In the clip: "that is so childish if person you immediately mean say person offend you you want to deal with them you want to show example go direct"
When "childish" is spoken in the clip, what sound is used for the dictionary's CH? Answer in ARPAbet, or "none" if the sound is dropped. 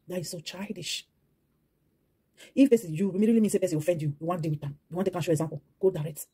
CH